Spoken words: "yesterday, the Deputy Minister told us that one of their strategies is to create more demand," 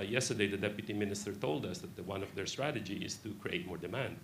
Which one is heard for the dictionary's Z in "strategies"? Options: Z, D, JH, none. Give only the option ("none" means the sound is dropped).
none